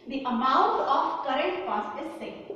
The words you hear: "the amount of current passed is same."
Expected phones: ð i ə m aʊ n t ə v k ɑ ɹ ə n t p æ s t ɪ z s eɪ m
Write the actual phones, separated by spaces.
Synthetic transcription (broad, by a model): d i ə m aʊ n t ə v k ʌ ɹ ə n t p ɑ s ɪ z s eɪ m